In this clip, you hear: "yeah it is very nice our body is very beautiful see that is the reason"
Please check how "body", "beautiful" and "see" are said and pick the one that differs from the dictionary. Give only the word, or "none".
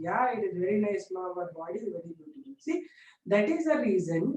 beautiful